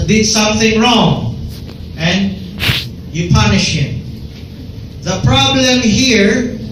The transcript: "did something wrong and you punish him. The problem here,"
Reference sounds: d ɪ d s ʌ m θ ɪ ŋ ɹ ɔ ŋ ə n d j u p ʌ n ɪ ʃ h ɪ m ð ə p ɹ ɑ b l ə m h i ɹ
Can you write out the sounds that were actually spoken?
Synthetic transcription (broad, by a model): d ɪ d s ʌ m θ ɪ ŋ ɹ ɔ ŋ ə n j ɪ p ʌ n ɪ ʃ h ɪ m ð ə p ɹ ɑ b l ə m h i ɹ